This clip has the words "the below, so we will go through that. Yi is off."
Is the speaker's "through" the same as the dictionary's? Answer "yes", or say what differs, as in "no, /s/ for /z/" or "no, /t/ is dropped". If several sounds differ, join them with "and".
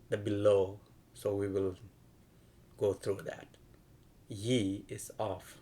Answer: no, /t/ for /θ/